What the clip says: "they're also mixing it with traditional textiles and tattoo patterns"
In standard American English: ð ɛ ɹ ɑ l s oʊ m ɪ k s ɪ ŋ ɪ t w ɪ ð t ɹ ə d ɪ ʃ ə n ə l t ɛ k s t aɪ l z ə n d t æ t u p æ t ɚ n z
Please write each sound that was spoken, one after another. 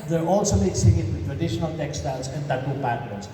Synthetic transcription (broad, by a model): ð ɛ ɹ ɑ l s oʊ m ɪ s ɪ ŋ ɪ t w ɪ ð t ɹ ə d ɪ ʃ ə n ə l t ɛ k s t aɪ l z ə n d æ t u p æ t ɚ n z